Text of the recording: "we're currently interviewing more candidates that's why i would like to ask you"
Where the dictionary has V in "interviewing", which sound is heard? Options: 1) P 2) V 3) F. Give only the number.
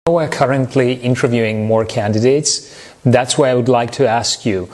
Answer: 2